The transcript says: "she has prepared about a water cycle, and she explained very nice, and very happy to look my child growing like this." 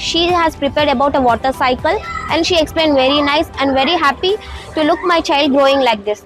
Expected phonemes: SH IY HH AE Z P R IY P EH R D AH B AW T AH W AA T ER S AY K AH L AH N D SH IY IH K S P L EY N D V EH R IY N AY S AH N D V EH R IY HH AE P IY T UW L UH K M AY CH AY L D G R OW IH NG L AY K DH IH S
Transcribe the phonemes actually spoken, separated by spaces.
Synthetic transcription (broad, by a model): SH IY HH AE Z P R IY P EH R D AH B AW T AH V AA T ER S AY K AH L AH N D SH IY IH K S P L EY N D V EH R IY N AY S AH N D V EH R IY HH AE P IY T UW L UH K M AY CH AY L D G R OW IH NG L AY K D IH S